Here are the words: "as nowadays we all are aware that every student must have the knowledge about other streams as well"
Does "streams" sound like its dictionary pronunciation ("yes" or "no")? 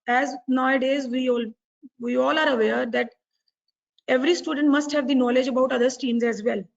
no